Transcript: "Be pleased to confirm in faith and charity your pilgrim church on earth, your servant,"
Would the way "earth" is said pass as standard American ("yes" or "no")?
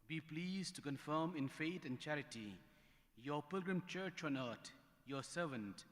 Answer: no